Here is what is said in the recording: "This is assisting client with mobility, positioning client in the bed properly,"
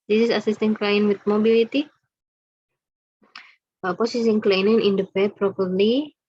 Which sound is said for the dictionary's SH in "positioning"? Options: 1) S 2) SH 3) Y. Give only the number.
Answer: 1